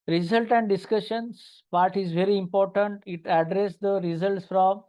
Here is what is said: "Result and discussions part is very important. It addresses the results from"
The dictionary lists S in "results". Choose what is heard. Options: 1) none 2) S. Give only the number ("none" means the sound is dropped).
2